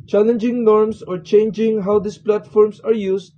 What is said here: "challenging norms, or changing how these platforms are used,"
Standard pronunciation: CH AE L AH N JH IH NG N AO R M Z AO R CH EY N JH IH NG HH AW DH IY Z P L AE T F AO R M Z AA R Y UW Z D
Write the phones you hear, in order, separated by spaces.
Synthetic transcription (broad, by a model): CH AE L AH N JH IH NG N AO R M S AO R CH EY N JH IH NG HH AW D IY S P L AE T F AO R M S AA R Y UW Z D